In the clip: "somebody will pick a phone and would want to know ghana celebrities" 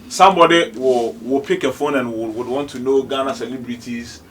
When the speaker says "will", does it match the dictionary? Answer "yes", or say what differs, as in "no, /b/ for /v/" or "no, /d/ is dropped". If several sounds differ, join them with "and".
no, /w/ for /l/